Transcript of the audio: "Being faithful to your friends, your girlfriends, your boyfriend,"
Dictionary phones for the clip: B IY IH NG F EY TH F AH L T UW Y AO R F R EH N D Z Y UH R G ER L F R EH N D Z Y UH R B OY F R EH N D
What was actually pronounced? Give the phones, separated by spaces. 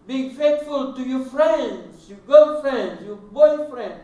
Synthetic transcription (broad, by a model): B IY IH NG F EY T F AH L T UW Y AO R F R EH N D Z Y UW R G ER F R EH N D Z Y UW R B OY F R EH N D